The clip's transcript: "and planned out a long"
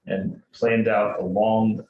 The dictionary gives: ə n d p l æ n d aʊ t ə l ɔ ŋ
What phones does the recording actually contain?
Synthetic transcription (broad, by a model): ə n p l æ n d aʊ t ə l ɔ ŋ